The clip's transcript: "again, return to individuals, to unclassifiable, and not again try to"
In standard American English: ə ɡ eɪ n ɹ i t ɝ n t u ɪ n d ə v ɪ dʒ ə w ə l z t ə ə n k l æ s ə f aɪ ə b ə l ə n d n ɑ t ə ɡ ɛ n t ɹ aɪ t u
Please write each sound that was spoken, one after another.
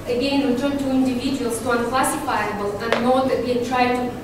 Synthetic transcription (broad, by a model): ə ɡ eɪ n w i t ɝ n t u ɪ n d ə v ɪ dʒ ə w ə l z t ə ə n k l æ s ə f aɪ ə b ə l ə n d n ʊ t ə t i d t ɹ aɪ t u